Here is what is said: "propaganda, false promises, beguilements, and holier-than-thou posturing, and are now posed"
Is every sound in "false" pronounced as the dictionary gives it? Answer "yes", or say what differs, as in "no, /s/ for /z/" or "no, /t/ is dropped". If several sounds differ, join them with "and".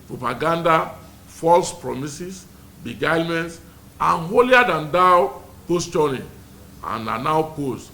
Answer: yes